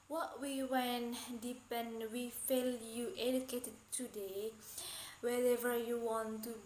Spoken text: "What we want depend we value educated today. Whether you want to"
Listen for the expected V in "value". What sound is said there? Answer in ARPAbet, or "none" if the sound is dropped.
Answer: F